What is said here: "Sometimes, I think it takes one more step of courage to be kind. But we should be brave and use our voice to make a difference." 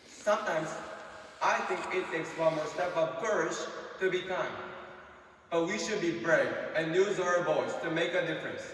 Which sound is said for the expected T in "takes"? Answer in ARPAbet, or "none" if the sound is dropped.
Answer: S